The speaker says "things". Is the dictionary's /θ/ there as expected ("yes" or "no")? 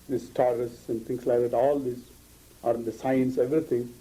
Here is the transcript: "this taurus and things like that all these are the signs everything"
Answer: no